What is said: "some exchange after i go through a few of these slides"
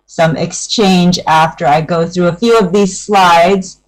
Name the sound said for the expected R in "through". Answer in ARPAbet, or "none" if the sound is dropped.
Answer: R